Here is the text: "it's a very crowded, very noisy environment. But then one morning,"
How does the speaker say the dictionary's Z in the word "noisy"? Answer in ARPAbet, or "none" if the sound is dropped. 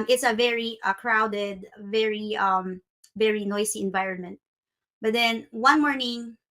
S